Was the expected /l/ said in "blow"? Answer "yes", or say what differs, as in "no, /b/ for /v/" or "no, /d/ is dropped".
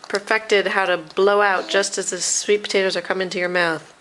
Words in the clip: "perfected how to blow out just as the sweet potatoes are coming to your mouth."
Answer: yes